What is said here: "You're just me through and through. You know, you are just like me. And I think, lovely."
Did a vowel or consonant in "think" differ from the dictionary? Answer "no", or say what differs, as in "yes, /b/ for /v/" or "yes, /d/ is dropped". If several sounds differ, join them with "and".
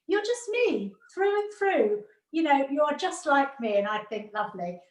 no